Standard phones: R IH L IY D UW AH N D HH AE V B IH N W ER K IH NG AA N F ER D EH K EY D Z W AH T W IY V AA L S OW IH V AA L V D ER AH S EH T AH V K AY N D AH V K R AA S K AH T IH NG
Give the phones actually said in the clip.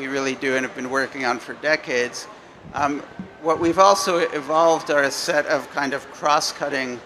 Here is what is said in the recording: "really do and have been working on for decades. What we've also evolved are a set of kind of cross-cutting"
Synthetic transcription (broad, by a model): R IH L IY D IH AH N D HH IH V B IH N W ER K IH NG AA N F ER D EH K EY D Z W AH T W IY V AA L S OW IH V AA L V D ER AH S EH T AH V K AY N D AH V K R AA S K AH T IH NG